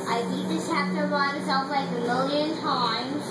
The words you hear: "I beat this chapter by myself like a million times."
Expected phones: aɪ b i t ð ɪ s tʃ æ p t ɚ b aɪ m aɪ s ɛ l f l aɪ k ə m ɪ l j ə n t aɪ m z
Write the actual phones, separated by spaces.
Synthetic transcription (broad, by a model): aɪ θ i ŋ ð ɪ tʃ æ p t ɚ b aɪ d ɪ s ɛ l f l aɪ k ə m ɪ l j ə n t aɪ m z